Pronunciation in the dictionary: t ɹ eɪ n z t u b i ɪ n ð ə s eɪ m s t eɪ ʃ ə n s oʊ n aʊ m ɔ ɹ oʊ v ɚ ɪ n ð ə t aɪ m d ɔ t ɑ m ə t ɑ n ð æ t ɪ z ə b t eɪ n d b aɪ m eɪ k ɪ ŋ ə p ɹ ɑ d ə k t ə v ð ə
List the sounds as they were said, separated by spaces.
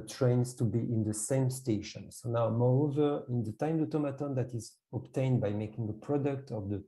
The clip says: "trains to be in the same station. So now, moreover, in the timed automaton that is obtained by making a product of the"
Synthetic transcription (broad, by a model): t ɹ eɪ n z t u b i ɪ n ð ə s eɪ m s t eɪ ʃ ə n s oʊ n aʊ m ɔ ɹ oʊ v ɚ ɪ n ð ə t aɪ m d ɔ t ɑ m ə t ɑ n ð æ t ɪ z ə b t eɪ n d b aɪ m eɪ k ɪ ŋ ə p ɹ ɑ d ə k t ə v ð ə